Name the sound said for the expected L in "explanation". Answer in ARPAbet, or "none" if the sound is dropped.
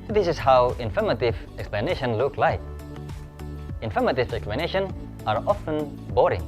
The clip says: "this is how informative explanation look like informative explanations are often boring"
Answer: L